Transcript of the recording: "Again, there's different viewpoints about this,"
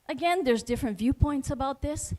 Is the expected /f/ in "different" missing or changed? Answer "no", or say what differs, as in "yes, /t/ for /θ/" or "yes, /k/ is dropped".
no